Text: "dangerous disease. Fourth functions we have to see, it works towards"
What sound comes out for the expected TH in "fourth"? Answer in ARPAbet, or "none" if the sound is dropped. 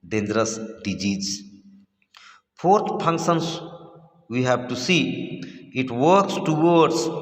T